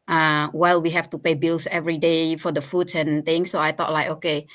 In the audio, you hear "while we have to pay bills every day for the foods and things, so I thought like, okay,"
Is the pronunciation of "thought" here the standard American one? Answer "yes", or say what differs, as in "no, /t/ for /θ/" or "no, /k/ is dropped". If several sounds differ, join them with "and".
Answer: no, /t/ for /θ/